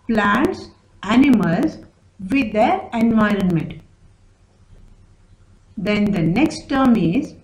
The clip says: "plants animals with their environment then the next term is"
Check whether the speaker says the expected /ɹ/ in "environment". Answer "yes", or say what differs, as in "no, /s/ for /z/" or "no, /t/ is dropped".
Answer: yes